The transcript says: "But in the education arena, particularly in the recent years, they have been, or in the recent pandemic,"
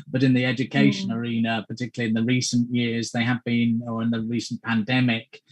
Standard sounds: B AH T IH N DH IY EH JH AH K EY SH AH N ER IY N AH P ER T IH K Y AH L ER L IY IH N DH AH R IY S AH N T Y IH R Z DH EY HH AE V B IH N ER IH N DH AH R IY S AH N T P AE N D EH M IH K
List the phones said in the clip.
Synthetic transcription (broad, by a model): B AH T IH N DH IY EH JH AH K EY SH AH N ER IY N AH P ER T IH K Y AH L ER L IY IH N DH AH R IY S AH N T Y IH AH Z DH EY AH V B IH N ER IH N DH AH R IY S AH N P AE N D EH M IH K